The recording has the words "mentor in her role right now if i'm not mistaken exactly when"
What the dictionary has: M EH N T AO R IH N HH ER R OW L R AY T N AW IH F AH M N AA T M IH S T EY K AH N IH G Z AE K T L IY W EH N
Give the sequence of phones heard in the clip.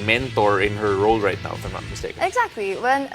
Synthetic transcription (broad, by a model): M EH N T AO R IH N HH ER R OW L R AY T N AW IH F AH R N AA T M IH S T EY AH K IH G Z AE K T L IY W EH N